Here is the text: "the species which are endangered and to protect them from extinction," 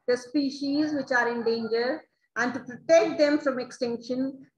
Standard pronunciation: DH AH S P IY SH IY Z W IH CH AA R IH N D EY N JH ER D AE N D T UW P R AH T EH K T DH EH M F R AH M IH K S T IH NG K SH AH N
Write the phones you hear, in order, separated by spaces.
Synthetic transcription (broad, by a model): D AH S P IY SH IY Z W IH CH AA R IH N D EY N JH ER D AE N D T UW P R AH T EH K T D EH M F R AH M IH K S T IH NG K SH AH N